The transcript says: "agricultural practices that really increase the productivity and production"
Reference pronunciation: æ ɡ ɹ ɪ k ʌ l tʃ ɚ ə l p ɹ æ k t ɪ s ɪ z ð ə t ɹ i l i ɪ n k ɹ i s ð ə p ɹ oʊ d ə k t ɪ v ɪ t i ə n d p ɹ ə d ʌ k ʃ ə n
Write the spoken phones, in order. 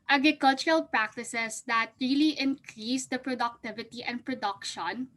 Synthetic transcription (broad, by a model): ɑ ɡ ɹ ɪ k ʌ l tʃ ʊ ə l p ɹ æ k t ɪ s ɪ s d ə t ɹ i l i ɪ n k ɹ i s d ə p ɹ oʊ d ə k t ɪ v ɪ t i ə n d p ɹ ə d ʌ k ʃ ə n